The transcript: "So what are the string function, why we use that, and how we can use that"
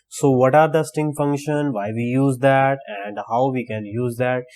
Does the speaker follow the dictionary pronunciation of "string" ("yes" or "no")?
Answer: no